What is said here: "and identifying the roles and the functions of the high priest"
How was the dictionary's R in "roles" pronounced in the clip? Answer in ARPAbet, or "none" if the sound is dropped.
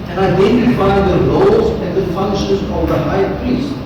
L